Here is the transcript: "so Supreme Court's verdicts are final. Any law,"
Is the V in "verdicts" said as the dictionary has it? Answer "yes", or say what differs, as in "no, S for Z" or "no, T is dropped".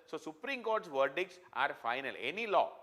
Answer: yes